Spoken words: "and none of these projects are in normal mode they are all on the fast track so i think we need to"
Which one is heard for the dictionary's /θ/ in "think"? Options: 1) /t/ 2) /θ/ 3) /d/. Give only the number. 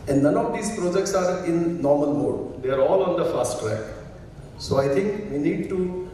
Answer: 1